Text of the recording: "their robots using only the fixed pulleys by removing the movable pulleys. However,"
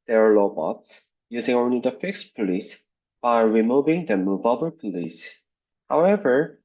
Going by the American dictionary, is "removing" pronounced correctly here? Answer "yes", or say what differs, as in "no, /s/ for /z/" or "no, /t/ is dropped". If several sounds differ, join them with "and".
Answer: yes